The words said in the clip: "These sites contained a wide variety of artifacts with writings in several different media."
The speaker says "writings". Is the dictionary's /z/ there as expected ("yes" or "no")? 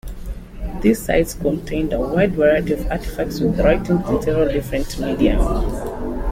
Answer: no